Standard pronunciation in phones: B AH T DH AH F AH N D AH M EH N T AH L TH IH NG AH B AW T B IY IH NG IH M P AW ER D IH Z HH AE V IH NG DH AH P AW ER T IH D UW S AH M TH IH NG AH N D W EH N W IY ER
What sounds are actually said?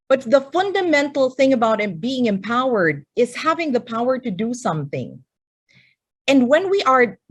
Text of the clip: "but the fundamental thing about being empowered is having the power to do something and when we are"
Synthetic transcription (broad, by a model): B AH T DH AH F AH N D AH M EH N T L TH IH NG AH B AW T B IY IH NG IH M P AW ER D IH Z HH AE V IH NG DH AH P AW ER T IH D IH S AH M TH IH NG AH N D W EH N W IY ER